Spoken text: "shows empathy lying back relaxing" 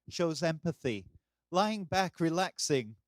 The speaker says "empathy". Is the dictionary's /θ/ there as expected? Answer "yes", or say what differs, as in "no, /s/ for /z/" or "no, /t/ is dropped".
yes